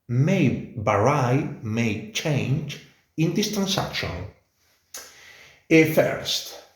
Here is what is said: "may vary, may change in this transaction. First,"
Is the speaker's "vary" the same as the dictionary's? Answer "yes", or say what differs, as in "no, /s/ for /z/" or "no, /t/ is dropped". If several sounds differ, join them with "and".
no, /b/ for /v/